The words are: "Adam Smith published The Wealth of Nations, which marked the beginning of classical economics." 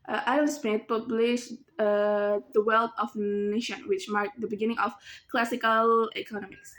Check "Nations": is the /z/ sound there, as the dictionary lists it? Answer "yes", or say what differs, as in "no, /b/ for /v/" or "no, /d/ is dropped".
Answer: no, /z/ is dropped